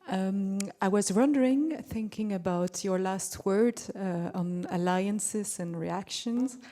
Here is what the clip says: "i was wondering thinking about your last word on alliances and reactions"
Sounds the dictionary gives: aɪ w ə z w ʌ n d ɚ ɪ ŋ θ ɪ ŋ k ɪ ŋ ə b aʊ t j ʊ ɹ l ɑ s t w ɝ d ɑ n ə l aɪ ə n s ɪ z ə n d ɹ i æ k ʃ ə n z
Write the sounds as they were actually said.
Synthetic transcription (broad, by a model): aɪ w ə z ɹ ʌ n d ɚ ɪ ŋ θ ɪ ŋ k ɪ ŋ ə b aʊ t j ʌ ɹ l ɑ s t w ɝ d n ə l aɪ ə n s ɪ z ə n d ɹ i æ k ʃ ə n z